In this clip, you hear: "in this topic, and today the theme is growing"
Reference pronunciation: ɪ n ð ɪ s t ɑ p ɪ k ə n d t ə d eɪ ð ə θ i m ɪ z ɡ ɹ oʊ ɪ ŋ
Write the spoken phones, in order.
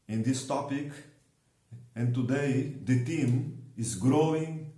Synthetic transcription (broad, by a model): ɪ n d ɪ s t ɑ p ɪ k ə n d t ə d eɪ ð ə t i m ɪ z ɡ ɹ oʊ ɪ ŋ